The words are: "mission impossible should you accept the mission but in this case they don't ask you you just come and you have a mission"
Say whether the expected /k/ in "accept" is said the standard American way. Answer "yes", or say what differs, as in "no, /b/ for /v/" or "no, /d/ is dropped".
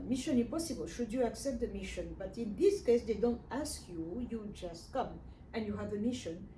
yes